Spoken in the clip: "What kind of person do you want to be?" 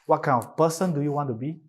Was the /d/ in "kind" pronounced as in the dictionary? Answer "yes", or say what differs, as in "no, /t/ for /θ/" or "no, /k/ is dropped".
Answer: no, /d/ is dropped